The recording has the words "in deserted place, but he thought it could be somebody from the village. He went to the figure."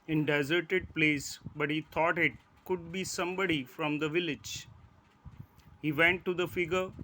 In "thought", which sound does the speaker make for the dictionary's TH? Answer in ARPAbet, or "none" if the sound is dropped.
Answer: T